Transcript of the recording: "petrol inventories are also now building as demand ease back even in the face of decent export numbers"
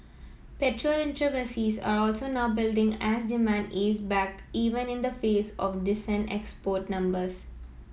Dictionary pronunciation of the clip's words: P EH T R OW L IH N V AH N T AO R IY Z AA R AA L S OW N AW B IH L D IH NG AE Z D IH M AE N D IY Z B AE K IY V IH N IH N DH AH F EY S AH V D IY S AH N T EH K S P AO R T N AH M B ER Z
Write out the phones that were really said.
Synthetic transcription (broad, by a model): P EH T R OW L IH N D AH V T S IY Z AA R AA L S OW N AW B IH L D IH NG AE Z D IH M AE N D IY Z B AE K IY V IH N IH N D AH F EY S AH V D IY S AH N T EH K S P AO R T N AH M B ER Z